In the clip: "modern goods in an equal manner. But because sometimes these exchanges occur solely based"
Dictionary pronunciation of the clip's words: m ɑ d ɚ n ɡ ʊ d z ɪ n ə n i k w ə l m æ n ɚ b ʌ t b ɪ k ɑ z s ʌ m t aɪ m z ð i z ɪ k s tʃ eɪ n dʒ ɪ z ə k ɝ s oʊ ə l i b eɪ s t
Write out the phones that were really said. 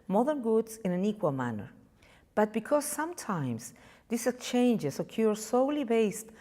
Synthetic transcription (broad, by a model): m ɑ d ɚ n ɡ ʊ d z ɪ n ə n i k w ə l m æ n ɚ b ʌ t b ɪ k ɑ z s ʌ m t aɪ m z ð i s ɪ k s tʃ eɪ n dʒ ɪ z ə k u s oʊ l i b eɪ s t